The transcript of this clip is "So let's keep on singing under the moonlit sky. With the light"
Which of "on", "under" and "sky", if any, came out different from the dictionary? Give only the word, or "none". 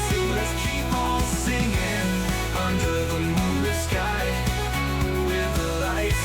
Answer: on